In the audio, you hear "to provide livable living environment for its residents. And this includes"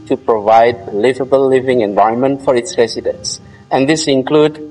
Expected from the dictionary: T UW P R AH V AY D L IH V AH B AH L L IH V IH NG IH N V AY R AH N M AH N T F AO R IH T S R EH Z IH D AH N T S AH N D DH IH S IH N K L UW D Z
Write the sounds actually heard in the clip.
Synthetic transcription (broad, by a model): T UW P R AH V AY D L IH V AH B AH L L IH V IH NG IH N V AY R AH N M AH N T F AO R IH T S R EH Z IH D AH N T S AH N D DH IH S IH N K L UW D